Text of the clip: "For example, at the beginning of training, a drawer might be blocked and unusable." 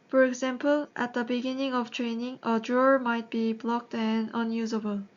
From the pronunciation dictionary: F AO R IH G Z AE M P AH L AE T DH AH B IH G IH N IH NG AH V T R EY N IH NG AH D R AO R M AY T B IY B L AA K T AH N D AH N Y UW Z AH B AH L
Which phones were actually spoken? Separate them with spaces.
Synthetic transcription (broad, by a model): F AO R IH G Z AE M P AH L AE T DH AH B IH G IH N IH NG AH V T R EY N IH NG AH D R AO R M AY T B IY B L AA K T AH N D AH N Y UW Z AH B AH L